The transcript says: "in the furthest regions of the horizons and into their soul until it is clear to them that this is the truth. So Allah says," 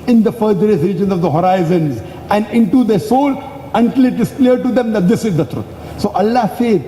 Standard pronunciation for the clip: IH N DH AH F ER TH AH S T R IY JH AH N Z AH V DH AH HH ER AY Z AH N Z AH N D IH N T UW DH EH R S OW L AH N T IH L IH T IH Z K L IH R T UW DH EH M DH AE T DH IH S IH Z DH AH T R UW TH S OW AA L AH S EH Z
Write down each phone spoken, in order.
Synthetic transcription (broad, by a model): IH N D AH F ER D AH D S R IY JH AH N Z AH V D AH HH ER AY Z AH N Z AH N D IH N T UW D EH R S OW L AH N T IH L IH T IH Z K L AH R T UW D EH M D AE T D IH S IH Z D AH T R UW T S OW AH L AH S EH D